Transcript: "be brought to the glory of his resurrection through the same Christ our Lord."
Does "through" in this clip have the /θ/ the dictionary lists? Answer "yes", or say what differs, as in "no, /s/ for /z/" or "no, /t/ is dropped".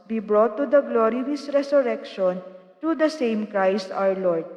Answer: no, /t/ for /θ/